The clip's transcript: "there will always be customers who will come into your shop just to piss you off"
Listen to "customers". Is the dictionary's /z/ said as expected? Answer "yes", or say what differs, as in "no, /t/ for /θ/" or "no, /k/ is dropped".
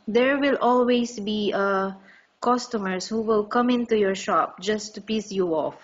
no, /s/ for /z/